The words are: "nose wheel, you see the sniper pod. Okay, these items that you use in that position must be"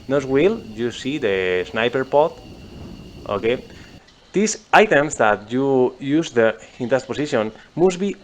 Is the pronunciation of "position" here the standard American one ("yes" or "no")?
no